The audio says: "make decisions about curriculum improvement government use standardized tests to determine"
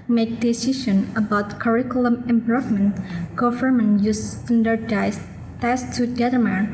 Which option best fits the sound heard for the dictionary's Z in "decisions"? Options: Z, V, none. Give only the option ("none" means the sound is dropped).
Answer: none